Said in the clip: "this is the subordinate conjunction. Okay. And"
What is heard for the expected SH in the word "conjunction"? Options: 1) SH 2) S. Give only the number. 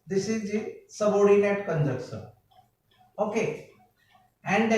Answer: 2